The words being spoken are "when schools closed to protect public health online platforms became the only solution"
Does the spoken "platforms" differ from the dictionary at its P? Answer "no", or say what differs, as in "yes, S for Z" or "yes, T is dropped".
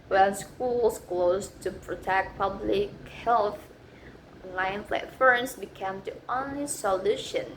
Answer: yes, F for P